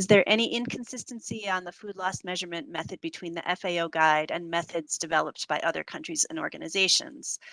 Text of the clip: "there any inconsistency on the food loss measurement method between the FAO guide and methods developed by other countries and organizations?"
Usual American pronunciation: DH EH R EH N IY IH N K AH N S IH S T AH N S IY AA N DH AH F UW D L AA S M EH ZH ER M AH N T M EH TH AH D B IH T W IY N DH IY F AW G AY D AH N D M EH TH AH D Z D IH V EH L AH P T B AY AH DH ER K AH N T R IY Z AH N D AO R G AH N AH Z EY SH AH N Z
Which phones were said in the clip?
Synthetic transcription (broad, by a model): DH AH R EH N IY IH N K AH N S IH S T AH N S IY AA N DH AH F UW D L AA S M EH ZH ER M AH N M EH TH AH D B IH T W IY N DH IY F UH G AY D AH N M EH TH AH D Z D IH V EH L AH P T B AY AH DH ER K AH N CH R IY Z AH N AO R G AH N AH Z EY SH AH N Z